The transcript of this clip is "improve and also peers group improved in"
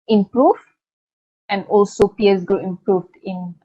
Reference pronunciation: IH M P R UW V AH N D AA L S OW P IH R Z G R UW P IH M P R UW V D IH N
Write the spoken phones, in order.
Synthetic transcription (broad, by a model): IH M P R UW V AH N D AA L S OW P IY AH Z G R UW IH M P R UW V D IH N